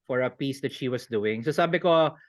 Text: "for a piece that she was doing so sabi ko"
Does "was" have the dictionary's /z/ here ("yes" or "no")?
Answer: no